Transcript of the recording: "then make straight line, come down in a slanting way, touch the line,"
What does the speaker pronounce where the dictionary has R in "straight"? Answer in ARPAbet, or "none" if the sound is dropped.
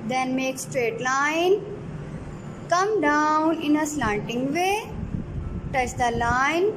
R